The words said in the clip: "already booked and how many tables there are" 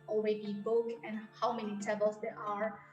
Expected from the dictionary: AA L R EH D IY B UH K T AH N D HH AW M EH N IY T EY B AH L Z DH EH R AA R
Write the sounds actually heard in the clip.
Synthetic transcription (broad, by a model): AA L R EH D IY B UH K AH N HH AW M EH N IY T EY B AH L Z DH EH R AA R